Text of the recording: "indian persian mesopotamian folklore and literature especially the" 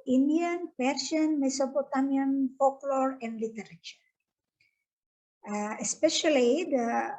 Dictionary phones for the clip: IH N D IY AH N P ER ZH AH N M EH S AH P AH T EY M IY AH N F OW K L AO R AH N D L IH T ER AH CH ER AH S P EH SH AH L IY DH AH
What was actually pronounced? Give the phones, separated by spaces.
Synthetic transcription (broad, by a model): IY N D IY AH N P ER S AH N M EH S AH P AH T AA M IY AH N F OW K L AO R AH N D L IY T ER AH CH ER AH S P EH SH AH L IY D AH